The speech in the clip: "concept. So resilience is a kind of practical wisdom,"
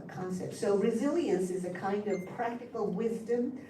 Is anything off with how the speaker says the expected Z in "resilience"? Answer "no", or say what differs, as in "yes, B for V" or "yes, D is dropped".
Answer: no